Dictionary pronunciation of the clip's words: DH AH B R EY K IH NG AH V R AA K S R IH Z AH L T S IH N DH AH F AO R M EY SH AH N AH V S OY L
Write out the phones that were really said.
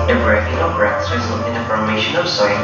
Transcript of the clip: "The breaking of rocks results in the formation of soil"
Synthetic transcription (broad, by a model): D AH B R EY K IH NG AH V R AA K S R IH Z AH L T IH N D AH F AO R M EY SH AH N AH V S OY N